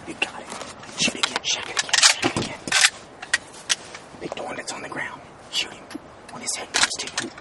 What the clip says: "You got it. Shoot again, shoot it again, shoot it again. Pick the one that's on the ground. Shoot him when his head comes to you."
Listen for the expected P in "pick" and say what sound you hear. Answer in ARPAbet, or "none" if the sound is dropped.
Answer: B